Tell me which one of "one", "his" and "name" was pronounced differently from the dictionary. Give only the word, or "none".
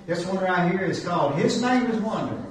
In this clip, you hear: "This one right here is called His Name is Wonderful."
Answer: none